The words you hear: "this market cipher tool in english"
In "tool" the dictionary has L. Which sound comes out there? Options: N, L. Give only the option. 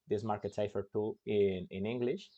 N